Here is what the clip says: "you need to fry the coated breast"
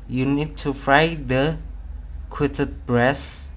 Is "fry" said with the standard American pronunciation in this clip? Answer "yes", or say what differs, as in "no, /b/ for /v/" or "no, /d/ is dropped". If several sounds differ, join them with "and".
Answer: yes